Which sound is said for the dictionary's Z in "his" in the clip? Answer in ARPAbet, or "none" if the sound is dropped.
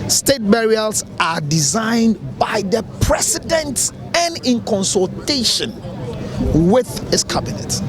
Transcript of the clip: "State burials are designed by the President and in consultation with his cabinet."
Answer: S